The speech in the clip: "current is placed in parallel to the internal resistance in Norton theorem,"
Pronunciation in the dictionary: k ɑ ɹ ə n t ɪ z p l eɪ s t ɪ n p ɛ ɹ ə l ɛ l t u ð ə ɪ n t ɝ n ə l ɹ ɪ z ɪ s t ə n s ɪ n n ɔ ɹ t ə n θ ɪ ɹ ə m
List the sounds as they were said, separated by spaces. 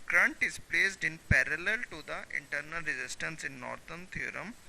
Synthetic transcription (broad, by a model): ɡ ɹ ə n t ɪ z p l eɪ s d ɪ n p ɛ ɹ ə l ɛ l t u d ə ɪ n t ɝ n ə l ɹ ɪ z ɪ s t ə n s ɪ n n ɔ ɹ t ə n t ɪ ɹ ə m